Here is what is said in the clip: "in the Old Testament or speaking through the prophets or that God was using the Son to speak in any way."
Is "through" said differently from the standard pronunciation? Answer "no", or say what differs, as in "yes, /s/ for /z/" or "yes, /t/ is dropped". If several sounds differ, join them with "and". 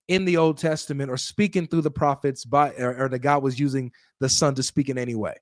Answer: no